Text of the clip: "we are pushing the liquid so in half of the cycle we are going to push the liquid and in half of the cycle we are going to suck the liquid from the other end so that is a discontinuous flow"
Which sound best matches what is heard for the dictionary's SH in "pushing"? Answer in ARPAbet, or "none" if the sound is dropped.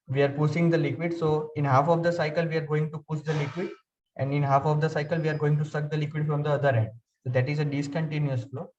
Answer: S